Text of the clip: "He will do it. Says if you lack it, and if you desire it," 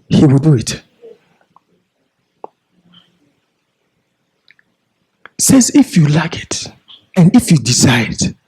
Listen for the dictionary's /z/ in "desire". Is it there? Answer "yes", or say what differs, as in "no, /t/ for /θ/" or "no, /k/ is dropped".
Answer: no, /s/ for /z/